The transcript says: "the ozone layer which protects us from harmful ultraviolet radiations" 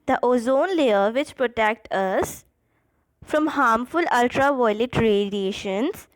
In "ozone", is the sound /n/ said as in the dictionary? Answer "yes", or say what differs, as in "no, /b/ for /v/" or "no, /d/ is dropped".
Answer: yes